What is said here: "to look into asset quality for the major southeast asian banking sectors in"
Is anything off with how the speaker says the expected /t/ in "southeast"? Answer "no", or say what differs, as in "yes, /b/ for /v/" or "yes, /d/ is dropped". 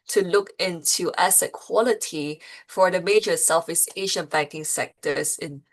yes, /t/ is dropped